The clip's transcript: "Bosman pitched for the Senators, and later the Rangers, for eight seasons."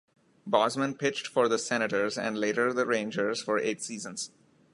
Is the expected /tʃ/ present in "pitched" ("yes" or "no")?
yes